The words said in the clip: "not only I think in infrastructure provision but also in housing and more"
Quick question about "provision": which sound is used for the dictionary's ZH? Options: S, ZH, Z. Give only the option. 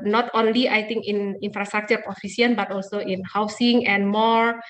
S